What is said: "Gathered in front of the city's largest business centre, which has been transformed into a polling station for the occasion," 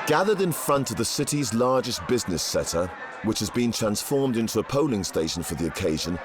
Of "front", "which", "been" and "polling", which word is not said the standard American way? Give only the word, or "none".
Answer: none